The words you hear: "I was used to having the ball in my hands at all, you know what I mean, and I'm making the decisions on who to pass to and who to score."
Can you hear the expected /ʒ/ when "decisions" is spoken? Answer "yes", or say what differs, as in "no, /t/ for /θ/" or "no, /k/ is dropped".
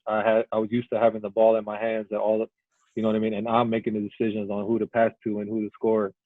yes